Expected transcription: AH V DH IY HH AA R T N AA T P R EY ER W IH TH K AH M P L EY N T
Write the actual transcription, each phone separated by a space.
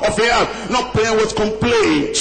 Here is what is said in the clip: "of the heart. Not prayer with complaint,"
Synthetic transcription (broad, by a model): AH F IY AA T N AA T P L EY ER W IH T K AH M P L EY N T